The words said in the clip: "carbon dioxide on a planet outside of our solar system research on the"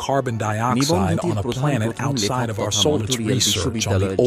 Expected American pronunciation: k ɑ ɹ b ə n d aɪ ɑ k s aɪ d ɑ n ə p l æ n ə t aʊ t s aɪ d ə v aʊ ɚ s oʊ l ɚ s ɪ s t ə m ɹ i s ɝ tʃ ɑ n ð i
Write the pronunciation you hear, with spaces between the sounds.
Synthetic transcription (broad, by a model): k ɑ ɹ b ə n d aɪ ɑ k s aɪ d n ə p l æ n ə t aʊ t s aɪ d ə v aʊ ɚ s oʊ l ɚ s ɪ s ɹ i s ɝ tʃ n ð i